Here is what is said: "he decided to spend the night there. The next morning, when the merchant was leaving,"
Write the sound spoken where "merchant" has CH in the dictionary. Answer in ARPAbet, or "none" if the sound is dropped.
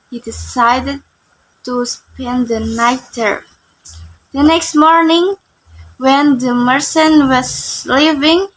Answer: S